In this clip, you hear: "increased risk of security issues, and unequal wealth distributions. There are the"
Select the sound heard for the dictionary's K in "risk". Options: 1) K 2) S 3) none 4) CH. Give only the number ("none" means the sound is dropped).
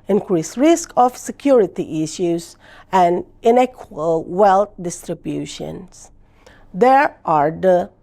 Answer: 1